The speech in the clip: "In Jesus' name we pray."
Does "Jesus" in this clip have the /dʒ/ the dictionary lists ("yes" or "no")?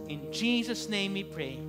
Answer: yes